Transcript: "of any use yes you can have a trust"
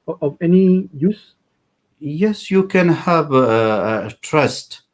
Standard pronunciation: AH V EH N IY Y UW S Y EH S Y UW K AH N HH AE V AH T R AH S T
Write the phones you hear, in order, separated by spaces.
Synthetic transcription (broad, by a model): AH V EH N IY Y UW S Y EH S Y UW K AH N HH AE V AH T R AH S T